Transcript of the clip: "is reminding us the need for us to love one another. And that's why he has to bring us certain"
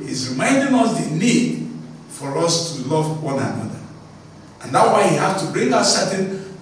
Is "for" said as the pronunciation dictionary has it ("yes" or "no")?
yes